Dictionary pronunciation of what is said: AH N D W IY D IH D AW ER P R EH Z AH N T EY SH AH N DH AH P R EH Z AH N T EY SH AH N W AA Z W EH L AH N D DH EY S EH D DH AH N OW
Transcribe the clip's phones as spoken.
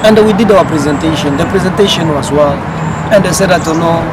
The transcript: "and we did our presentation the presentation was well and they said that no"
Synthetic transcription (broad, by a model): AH N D W IY D IH D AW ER P R EH Z AH N T EY SH AH N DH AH P R EH Z AH N T EY SH AH N W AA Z W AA N AH N D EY S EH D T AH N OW